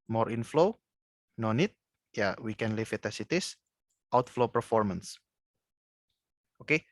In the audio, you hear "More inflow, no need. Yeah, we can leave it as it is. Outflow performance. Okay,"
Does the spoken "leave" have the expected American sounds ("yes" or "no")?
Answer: no